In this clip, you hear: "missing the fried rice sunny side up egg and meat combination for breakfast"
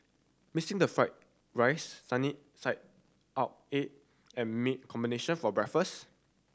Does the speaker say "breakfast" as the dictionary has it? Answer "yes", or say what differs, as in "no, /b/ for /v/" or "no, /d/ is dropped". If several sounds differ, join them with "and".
no, /t/ is dropped